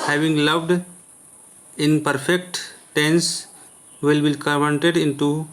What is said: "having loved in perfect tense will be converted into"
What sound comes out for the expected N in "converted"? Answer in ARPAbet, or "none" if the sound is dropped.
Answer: none